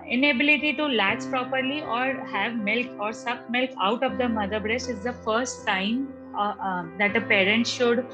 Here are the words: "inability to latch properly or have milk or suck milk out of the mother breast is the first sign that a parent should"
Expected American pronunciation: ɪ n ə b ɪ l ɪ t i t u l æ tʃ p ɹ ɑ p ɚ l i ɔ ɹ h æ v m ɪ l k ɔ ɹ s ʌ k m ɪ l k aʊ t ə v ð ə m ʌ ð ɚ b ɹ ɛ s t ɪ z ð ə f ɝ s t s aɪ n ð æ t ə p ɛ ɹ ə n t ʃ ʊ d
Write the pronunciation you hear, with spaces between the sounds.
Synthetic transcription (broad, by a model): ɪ n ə b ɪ l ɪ t i t u l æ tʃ p ɹ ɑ p ɚ l i ɔ ɹ h æ v m ɪ l k ɔ ɹ s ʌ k m ɪ l k aʊ t ə v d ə m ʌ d ɚ b ɹ ɛ s t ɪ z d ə f ɝ s t s aɪ n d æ t ə p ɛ ɹ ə n t ʃ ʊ d